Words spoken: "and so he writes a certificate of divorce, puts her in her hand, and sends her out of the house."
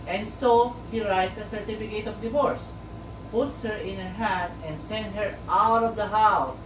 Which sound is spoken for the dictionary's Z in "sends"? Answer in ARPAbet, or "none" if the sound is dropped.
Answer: none